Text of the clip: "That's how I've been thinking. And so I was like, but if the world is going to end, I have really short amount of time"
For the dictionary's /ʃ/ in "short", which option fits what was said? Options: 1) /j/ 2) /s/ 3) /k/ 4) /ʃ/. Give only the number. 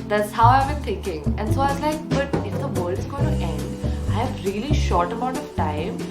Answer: 4